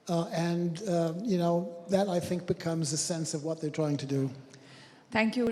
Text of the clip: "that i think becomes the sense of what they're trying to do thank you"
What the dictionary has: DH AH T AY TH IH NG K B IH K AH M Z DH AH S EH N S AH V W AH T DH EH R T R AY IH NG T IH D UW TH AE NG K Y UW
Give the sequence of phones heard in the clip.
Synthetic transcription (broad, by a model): DH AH T AY TH IH NG K B IH K AH M Z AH S EH N S AH V W AH T DH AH R T R AY IH NG T IH D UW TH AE NG K Y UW